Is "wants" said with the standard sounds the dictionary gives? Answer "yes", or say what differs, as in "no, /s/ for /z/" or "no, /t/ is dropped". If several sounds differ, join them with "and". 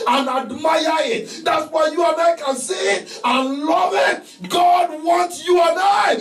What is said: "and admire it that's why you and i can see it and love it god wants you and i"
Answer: no, /s/ is dropped